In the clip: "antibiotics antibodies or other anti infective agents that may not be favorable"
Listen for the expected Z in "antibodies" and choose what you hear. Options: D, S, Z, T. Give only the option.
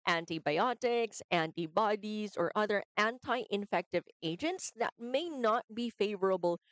Z